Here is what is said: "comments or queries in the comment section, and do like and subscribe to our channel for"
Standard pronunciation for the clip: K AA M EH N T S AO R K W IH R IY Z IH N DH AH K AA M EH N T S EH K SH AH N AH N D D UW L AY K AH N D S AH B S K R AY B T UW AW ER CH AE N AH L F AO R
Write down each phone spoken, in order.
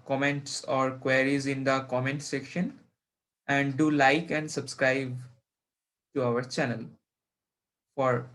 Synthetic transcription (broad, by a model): K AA M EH N T S AO R K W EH R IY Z IH N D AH K AA M EH N T S EH K SH AH N AH N D D UW L AY K AH N D S AH B S K R AY B T UW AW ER CH AE N AH L F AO R